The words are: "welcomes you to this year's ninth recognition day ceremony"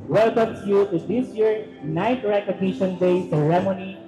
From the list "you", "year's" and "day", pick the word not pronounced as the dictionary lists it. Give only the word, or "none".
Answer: year's